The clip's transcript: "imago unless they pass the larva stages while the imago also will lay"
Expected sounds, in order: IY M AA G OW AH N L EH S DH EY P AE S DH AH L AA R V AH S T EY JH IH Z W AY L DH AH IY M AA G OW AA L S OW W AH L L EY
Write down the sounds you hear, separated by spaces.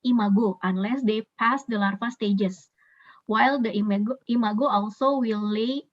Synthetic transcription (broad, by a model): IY M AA G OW AH N L EH S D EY P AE S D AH L AA R F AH S T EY JH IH S W AY L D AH IY M AA G OW AA L S OW W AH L L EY